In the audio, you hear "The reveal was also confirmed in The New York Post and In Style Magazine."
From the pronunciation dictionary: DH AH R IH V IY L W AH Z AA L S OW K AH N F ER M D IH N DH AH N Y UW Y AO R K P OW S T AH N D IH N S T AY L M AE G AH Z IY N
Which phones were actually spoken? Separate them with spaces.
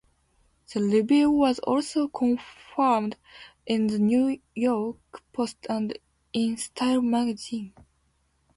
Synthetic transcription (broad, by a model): DH AH L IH B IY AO W AH Z AA L S OW K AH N F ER M D IH N DH AH N Y UW Y AO R K P OW S T AH N D IH N S T AY L M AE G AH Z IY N